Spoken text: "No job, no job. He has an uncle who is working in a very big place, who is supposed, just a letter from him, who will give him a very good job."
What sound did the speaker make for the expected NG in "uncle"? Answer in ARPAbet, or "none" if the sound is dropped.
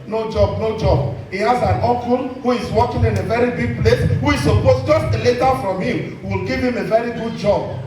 none